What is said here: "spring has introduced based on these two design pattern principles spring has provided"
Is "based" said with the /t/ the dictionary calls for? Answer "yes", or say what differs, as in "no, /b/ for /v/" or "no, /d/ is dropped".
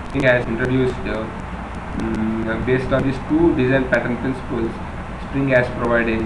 yes